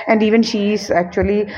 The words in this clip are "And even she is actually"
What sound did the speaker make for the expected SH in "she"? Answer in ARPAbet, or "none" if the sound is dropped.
SH